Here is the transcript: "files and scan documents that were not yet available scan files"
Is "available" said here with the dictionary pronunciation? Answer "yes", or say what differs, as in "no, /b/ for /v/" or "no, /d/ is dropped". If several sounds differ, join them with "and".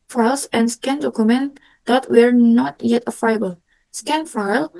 no, /f/ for /v/